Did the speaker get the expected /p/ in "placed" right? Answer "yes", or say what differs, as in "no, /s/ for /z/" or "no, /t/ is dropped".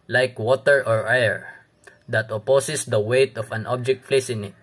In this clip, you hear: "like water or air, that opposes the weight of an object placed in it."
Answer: no, /f/ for /p/